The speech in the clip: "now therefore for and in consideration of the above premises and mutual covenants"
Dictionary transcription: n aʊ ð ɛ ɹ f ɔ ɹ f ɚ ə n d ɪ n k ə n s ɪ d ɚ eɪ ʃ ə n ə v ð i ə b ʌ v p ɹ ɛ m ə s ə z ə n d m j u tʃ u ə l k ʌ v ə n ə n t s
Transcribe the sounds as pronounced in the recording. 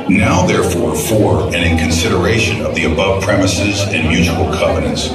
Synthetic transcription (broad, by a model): n aʊ ð ɛ ɹ f ɔ ɹ f ɚ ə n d ɪ n k ə n s ɪ d ɚ eɪ ʃ ə n ə v ð i ə b ʌ v p ɹ ɛ m ə s ə z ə n m j u tʃ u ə l k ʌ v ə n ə n t s